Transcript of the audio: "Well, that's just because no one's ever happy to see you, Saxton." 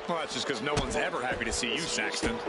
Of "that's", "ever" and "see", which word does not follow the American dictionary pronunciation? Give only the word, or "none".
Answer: none